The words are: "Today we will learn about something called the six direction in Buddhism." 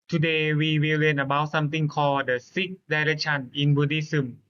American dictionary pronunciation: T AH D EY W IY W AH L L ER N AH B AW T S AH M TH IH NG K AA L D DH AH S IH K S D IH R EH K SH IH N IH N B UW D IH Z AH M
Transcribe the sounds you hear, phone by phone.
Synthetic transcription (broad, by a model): T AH D EY W IY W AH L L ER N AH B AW S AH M T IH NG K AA D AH S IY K D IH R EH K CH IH N IH N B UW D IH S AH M